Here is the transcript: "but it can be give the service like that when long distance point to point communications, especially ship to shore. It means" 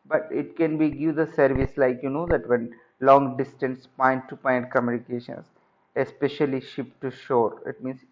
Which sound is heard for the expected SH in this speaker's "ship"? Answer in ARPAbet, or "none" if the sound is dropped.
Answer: SH